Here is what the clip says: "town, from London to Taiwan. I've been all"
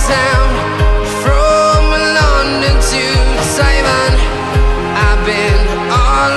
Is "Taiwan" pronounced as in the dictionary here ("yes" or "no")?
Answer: no